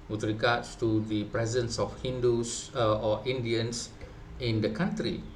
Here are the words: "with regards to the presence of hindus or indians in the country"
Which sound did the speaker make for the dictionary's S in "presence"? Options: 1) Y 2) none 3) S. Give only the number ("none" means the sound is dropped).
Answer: 3